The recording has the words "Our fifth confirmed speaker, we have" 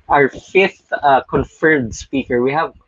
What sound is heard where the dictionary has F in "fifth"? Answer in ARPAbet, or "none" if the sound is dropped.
F